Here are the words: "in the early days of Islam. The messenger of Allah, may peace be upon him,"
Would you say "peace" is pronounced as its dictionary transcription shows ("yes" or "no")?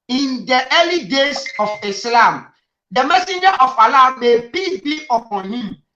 no